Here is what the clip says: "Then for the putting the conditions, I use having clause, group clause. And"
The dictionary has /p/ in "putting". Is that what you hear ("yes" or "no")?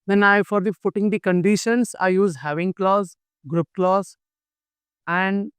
no